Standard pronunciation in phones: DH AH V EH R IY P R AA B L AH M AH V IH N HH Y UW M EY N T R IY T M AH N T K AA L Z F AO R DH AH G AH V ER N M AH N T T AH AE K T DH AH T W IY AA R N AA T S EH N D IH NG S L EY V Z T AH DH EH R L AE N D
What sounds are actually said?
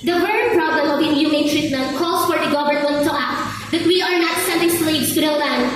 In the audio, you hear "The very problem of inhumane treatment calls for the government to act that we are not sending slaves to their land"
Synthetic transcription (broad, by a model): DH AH W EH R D P R AA B L AH M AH W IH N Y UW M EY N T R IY T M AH N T K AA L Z F AO R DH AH G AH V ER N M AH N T T AH AE K T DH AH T W IY AA R N AA T S EH N D IH NG S L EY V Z T AH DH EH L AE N